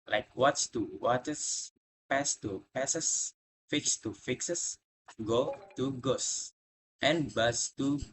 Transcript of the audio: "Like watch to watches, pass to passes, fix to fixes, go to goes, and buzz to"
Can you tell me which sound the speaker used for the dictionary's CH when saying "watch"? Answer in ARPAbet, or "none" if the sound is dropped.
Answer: S